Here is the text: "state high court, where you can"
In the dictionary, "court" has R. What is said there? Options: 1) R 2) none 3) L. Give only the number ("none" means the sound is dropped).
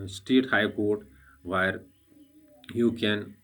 1